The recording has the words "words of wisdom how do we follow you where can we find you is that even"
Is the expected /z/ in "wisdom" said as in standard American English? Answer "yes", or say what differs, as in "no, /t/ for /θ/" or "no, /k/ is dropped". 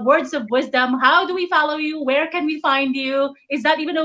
yes